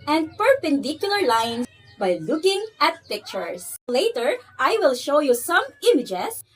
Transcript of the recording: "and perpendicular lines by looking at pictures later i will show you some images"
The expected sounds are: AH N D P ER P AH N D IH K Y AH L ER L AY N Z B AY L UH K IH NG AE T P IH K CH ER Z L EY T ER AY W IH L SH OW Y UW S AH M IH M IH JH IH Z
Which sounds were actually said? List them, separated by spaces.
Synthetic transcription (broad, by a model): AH N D P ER P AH N D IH K Y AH L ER L AY N B AY L UH K IH NG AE T P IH K CH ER S L EY T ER AY W IH L SH OW Y UW S AH M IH M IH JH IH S